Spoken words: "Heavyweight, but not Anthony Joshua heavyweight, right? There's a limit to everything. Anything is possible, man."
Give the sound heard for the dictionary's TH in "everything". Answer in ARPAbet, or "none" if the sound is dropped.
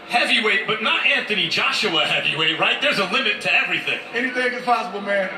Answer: TH